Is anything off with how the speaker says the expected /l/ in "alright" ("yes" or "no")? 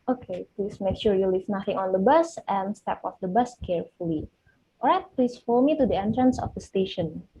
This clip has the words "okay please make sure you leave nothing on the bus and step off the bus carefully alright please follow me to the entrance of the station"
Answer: yes